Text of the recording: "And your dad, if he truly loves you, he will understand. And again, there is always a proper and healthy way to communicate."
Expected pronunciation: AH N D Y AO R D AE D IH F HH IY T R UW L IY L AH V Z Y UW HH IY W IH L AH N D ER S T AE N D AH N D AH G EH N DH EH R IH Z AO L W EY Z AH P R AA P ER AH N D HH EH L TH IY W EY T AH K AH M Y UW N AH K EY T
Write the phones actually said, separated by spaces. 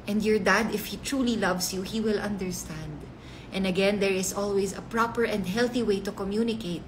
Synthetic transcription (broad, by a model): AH N D Y AO R D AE D IH F HH IY T R UW L IY L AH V S Y UW HH IY W IH L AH N D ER S T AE N D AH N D AH G EH N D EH R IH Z AO L W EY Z AH P R AA P ER AH N D HH EH L TH IY W EY T AH K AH M Y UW N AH K EY T